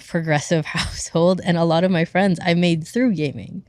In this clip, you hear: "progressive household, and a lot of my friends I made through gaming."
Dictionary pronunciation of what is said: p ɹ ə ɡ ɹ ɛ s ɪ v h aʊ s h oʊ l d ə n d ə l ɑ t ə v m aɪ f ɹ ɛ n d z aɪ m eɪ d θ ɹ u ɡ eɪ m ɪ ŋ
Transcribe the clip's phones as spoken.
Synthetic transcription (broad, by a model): p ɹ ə ɡ ɹ ɛ s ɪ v h aʊ s h oʊ l d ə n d ə l ɑ t ə v m aɪ f ɹ ɛ n d z aɪ m eɪ d θ ɹ u ɡ eɪ m ɪ ŋ